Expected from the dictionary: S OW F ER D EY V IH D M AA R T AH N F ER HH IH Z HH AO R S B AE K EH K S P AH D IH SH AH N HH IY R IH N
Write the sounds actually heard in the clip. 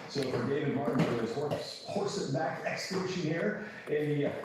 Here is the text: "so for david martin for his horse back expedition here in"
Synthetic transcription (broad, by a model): S OW F ER D EY V IH D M AA R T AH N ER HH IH S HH AO R S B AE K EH K S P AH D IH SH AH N HH IY R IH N